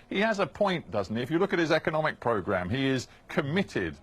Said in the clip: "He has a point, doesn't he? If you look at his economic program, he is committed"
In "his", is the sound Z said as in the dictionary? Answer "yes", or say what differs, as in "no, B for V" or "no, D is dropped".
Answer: yes